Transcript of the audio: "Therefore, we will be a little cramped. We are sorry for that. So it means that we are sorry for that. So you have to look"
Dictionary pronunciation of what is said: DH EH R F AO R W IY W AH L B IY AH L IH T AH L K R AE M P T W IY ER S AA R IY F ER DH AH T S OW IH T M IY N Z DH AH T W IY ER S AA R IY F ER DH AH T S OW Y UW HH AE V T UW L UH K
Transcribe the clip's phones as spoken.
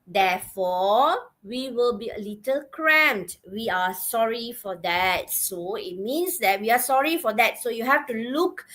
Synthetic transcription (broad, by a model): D EH F AO W IY W AH L B IY AH L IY T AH L K R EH M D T W IY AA S AA R IY F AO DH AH T S OW IH T M IY N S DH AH T W IY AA S AA R IY F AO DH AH T S OW Y UW HH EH F T UW L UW K